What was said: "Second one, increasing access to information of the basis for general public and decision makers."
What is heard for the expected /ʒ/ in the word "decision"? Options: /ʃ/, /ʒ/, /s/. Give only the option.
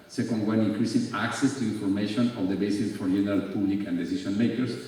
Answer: /s/